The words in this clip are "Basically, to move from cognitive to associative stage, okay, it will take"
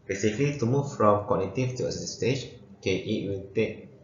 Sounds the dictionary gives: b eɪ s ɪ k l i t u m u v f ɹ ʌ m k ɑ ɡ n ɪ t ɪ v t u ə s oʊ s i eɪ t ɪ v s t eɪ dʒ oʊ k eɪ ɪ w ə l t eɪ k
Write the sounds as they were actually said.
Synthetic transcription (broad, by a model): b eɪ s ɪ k l i t u m u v f ɹ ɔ m k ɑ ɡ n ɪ t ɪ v t u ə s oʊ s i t s t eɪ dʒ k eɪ ɪ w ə n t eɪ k